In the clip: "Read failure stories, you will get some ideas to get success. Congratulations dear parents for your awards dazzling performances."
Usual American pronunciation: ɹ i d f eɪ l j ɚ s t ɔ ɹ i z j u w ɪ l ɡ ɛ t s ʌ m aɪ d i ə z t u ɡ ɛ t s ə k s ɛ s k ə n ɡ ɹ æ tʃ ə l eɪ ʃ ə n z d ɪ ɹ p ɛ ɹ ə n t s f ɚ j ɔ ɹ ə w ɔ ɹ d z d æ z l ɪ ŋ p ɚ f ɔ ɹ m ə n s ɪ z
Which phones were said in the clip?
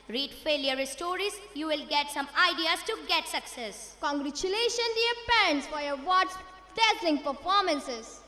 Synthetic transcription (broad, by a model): ɹ i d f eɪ l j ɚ s t ɔ ɹ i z j u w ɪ l ɡ ɛ t s ʌ m aɪ d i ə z t u ɡ ɛ t s ə k s ɛ s k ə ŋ ɡ ɹ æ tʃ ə l eɪ ʃ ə n d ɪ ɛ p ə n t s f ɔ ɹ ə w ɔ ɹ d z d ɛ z ɪ ŋ p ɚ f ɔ ɹ m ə n s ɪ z